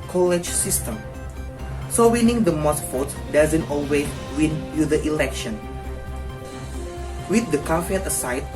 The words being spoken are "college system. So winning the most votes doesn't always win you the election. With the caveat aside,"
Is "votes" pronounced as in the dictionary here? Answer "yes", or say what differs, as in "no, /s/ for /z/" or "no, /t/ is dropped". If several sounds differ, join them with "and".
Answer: no, /f/ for /v/ and /s/ is dropped